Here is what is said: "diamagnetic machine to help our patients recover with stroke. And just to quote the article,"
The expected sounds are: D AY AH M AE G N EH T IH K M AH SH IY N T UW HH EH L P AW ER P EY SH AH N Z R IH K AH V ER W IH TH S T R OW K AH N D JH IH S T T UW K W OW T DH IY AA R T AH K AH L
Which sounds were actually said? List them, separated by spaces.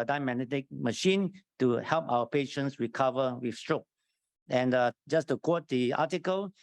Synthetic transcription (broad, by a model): D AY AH M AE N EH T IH K M AH SH IY N T UW HH EH L P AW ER P EY SH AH N S R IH K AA V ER W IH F S T R OW K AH N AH JH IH S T T UW K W OW T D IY AA T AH K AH L